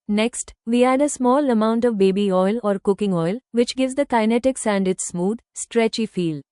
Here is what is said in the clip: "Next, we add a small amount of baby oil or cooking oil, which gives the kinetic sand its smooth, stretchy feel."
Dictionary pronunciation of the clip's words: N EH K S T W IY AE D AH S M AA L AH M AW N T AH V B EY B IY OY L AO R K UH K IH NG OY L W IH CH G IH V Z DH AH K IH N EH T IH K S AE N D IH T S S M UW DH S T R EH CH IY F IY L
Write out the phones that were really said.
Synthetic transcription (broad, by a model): N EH K S T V IY AE D AH S M AA L AH M AW N T AH V B EY B IY OY L AO R K UH K IH NG OY L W IH CH G IH V Z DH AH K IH N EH T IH K S AE N D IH T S S M UW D S T R EH CH IY F IY L